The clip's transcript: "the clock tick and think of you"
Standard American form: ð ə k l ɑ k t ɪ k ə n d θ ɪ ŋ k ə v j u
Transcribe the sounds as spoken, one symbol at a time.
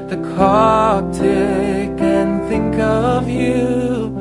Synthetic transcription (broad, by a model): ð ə k ɑ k t ɪ k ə n θ ɪ ŋ k ə v j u